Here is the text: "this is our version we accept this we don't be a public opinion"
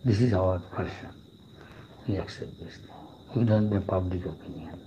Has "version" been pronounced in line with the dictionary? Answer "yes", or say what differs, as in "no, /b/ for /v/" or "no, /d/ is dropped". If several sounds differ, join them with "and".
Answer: no, /p/ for /v/ and /ʃ/ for /ʒ/